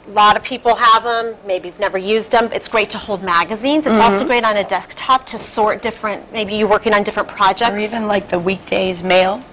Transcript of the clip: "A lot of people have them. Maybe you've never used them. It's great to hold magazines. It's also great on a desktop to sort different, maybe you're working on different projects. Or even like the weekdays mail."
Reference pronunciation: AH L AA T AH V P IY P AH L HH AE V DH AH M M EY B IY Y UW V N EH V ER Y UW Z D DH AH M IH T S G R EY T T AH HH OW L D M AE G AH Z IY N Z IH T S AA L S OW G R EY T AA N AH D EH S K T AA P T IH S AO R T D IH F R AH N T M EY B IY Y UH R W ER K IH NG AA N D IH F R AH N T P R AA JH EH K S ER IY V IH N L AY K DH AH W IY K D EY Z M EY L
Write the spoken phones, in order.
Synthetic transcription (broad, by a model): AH L AA T AH V P IY P L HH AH V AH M M EY B IY Y UW V N EH V ER Y UW Z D DH AH M IH T S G R EY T T AH HH OW L D M AE G AH Z IY N Z IH T S AA L S OW G R EY T N AH D EH S K T AA P T IH S AO R T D IH F R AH N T M EY B IY Y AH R W ER K IH NG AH N D IH F R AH N P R AA JH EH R IY V IH N L AY K DH AH W IY K D EY Z M EY L